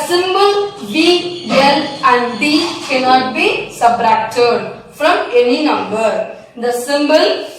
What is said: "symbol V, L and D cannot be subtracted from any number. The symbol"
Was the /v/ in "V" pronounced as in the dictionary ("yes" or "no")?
no